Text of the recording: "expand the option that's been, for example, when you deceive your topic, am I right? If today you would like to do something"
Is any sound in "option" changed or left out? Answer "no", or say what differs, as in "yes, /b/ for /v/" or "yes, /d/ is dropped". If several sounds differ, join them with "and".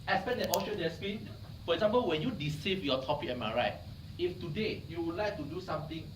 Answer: yes, /p/ is dropped